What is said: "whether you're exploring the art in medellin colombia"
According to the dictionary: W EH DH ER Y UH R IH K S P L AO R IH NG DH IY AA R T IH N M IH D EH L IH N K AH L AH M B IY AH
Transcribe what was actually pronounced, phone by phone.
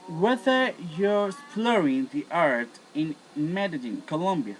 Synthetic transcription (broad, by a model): W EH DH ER Y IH S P L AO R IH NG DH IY AA R T IH N M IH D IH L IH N K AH L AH M B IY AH